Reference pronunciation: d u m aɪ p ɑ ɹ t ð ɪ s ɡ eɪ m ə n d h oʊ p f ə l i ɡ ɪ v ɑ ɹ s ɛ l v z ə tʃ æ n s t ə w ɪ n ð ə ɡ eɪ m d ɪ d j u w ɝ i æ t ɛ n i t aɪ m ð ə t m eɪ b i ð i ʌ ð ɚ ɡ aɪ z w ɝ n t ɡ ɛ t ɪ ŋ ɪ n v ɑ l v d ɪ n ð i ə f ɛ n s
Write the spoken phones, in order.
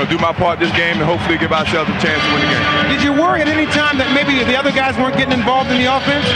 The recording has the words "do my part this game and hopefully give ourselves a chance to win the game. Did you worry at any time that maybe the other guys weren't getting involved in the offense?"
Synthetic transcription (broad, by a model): d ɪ m aɪ p ɑ ɹ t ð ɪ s ɡ eɪ m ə n h oʊ p f l i ɡ ɪ v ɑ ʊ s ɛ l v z ə tʃ æ n s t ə w ɪ n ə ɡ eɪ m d ɪ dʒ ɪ w ɝ i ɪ t ɛ n i t aɪ m ð ə t m eɪ b i ð i ʌ ð ɚ ɡ aɪ z w ɝ n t ɡ ɛ t ɪ ŋ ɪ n v ɑ l v d ɪ n ð i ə f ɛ n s